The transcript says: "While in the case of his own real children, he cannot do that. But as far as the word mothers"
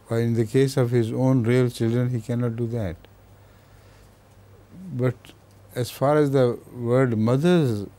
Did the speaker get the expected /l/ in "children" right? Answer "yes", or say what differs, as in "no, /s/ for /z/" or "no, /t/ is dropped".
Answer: yes